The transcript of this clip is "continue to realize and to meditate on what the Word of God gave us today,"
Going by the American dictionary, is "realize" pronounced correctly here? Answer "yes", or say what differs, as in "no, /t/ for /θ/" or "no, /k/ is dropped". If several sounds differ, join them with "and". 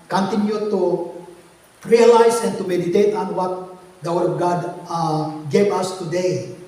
no, /s/ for /z/